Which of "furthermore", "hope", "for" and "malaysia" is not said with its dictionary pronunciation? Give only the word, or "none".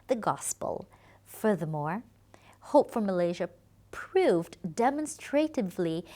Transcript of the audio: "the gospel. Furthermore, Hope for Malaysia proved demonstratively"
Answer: none